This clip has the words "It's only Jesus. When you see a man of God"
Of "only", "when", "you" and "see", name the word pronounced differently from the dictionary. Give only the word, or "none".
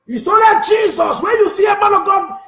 only